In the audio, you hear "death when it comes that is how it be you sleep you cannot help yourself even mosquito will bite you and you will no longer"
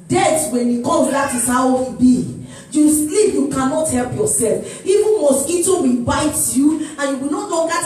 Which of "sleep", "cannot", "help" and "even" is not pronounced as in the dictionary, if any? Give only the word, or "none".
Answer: even